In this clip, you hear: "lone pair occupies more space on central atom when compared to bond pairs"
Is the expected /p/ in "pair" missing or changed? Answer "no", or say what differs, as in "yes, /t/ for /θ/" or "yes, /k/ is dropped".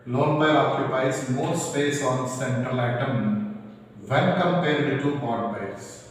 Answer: yes, /b/ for /p/